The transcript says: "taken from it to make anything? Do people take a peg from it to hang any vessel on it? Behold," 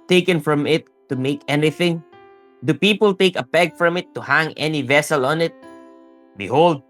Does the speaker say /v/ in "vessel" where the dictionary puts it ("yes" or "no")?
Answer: yes